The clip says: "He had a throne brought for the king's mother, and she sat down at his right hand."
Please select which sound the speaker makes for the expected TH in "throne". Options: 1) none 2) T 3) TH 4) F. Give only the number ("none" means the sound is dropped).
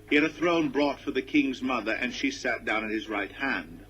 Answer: 3